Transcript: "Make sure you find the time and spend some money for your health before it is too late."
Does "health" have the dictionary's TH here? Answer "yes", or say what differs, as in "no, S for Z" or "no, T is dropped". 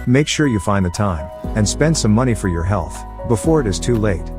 yes